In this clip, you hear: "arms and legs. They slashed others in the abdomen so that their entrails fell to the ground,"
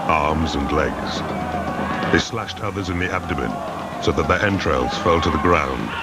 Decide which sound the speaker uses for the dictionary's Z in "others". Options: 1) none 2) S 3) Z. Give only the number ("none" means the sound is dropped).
3